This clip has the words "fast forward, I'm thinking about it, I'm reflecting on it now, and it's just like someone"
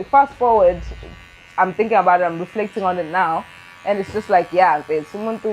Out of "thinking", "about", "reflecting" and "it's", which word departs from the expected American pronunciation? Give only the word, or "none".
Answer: none